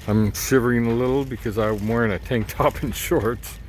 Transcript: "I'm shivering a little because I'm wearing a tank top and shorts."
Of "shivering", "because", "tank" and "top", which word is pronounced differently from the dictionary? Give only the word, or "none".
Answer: shivering